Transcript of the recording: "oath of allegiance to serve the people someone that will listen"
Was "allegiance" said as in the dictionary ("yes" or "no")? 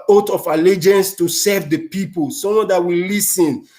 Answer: yes